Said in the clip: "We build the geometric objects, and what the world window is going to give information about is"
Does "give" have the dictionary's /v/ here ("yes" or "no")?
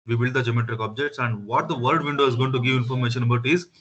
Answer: yes